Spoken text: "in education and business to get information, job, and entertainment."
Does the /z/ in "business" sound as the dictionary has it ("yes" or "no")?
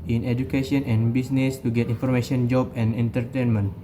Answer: no